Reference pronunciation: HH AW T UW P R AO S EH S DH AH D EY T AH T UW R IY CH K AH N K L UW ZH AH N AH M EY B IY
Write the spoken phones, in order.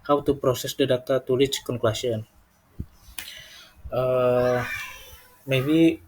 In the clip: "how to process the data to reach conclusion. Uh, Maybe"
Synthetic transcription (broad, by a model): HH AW T UW P R AO S EH S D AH D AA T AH T UW L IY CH K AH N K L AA SH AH N AH M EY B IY